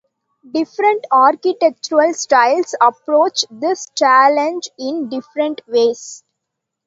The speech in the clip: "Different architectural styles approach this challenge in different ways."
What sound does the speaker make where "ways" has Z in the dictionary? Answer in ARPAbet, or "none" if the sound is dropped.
S